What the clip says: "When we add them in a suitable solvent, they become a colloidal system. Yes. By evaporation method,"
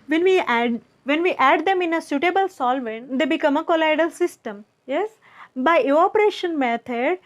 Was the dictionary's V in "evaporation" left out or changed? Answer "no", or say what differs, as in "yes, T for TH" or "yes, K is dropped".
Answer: yes, V is dropped